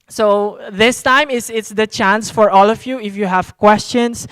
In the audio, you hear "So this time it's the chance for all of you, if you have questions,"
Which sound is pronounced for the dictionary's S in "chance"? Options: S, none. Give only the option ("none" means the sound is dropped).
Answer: S